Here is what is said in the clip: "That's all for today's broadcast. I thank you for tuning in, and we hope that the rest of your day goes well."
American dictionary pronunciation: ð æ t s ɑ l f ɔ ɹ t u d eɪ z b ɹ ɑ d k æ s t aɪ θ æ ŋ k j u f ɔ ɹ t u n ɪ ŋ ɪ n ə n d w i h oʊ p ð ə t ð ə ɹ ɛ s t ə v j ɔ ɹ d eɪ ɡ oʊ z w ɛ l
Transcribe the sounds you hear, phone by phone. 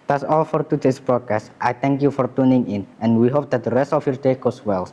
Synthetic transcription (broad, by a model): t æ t s ɑ l f ɔ ɹ t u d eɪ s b ɹ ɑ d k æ s t aɪ t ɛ ŋ k j u f ɔ ɹ t u n ɪ ŋ ɪ n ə n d w i h oʊ p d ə t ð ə ɹ ɛ s t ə f j ɔ ɹ d eɪ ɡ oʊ s w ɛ l